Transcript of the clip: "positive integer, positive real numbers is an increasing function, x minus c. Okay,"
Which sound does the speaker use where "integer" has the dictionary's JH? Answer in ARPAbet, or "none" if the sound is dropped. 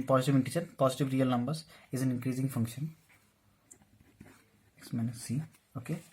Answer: CH